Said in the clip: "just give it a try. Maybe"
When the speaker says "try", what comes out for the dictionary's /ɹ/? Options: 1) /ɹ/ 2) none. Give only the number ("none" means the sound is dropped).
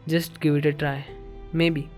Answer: 1